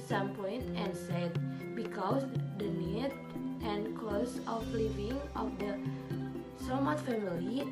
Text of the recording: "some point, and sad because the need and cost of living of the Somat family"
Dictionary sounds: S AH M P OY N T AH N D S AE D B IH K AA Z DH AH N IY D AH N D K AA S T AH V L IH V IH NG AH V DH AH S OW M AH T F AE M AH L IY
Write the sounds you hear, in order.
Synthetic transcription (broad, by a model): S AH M P OY N T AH N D S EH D B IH K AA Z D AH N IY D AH N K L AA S AH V L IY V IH NG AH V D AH S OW M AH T F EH M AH L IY